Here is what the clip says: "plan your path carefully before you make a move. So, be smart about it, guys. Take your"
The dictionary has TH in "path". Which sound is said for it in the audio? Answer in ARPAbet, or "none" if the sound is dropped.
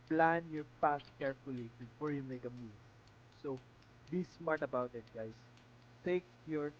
S